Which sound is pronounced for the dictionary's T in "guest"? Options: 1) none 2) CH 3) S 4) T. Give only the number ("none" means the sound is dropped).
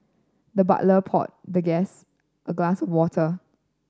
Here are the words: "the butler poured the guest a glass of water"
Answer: 4